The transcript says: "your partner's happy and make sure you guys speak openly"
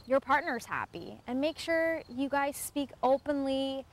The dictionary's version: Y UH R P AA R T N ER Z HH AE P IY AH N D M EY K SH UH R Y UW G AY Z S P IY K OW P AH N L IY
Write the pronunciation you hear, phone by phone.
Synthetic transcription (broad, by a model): Y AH R P AA R T N ER Z HH AE P IY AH N M EY K SH UH R Y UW G AY Z S P IY K OW P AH N L IY